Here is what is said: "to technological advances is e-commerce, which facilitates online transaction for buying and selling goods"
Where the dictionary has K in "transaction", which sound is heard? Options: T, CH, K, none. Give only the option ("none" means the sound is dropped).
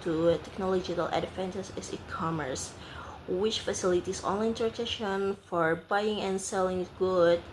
none